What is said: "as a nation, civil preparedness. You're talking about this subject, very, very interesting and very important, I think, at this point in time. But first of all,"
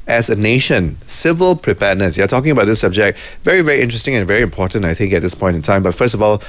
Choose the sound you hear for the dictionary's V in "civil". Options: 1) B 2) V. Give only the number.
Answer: 2